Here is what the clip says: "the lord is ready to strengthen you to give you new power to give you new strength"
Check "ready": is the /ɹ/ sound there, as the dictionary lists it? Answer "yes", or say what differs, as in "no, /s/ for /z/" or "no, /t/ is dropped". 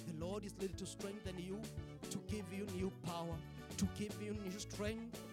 no, /l/ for /ɹ/